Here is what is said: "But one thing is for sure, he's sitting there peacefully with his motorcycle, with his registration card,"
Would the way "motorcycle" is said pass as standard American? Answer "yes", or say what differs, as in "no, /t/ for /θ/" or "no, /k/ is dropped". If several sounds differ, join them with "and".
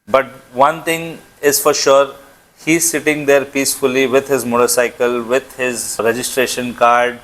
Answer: yes